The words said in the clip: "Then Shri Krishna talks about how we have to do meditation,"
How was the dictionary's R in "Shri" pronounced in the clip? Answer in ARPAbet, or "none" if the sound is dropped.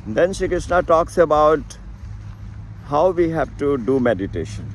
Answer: none